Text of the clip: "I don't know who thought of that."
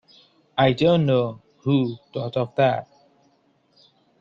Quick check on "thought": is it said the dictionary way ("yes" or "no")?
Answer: no